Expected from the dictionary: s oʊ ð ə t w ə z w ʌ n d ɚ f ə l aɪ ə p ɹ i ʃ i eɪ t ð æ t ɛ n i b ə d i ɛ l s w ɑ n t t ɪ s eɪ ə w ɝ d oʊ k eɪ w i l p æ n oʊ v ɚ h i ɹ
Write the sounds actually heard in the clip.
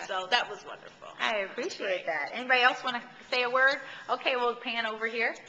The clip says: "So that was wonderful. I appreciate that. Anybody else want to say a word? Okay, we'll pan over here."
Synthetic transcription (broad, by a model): s oʊ ð ə t w ə z w ʌ n d ɚ f l aɪ ə p ɹ i ʃ i eɪ t ð æ t ɛ n i b ə d i ɛ l s w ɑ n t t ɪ s eɪ ə w ɝ d oʊ k eɪ w i l p æ n oʊ v ɚ h i ɹ